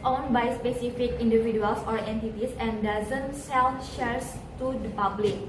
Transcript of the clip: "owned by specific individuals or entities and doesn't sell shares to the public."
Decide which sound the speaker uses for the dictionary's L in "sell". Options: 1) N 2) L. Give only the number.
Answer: 1